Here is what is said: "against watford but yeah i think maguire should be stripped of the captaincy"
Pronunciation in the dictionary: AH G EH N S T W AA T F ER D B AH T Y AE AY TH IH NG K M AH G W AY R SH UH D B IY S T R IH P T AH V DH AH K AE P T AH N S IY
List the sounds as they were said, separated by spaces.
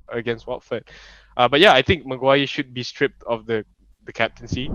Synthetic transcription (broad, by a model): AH G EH N S T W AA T F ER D B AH T Y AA AY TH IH NG K M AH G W AY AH SH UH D B IY S T R IH P T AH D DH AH K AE P T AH N S IY